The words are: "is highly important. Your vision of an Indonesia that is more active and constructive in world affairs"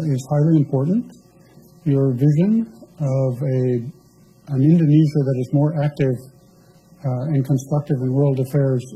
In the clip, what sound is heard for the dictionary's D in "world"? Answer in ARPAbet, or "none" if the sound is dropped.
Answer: D